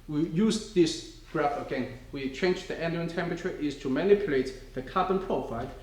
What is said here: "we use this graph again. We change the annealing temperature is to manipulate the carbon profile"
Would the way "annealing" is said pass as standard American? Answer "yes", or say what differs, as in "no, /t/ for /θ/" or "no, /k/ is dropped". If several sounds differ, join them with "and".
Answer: no, /l/ is dropped